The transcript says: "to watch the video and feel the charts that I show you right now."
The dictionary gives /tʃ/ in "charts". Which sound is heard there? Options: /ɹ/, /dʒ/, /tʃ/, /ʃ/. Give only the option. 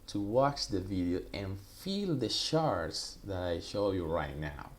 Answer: /ʃ/